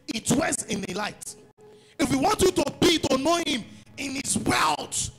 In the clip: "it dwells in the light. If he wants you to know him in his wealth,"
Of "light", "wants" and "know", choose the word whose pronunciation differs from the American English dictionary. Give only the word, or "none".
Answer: wants